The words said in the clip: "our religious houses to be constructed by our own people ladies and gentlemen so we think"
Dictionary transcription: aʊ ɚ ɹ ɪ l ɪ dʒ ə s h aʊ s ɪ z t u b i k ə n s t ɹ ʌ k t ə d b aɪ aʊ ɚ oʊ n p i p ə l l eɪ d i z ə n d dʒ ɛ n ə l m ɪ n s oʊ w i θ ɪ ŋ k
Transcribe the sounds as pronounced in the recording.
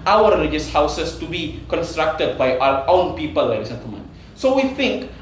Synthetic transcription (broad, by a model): aʊ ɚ ɹ ɪ l ɪ dʒ ə s h aʊ s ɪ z t u b i k ə n s t ɹ ʌ k t ə d b aɪ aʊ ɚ oʊ n p i p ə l l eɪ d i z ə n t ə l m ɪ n s oʊ w i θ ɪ ŋ k